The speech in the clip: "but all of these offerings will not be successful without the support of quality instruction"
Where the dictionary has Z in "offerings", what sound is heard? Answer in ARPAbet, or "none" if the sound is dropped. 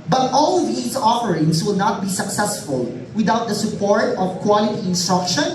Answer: S